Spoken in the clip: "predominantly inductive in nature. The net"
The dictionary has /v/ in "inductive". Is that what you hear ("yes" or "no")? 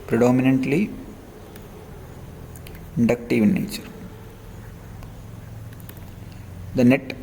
yes